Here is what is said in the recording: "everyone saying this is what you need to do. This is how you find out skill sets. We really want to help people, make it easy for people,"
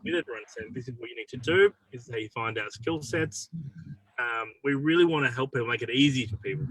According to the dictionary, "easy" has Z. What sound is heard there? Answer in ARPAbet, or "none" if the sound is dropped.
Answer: Z